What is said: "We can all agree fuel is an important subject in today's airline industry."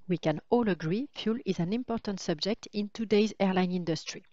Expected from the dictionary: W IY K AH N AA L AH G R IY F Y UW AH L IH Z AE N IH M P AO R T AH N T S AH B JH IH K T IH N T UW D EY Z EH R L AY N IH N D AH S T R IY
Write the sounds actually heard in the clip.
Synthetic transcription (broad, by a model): W IY K AH N AA L AH G R IY F Y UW L IH Z AE N IH M P AO R T AH N T S AH B JH IH K T IH N T UW D EY Z EH R L AY N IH N D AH S T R IY